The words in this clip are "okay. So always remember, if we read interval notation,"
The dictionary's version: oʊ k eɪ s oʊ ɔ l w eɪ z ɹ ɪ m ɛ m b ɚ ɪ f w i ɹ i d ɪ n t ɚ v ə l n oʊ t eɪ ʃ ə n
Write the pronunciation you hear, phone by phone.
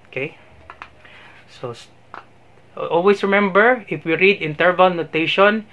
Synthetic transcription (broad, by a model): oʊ k eɪ s oʊ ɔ l w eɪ s ɹ ɪ m ɛ m b ɚ ɪ f w i ɹ i d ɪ n t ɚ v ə l n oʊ t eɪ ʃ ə n